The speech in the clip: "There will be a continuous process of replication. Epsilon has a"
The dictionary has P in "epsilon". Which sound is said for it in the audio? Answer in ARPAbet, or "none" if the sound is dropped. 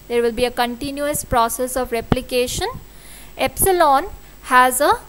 P